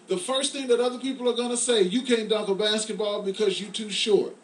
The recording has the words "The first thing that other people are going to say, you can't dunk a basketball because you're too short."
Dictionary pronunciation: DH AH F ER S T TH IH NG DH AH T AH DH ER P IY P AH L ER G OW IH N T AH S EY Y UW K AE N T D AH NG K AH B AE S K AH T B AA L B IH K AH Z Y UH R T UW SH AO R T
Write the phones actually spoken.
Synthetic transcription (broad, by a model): DH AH F ER S T TH IH NG DH AH T AH DH ER P IY P L ER G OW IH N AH S EY Y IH K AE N D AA K AH B AE S K AH T B AA L B IH K AH Z Y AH R T UW SH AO R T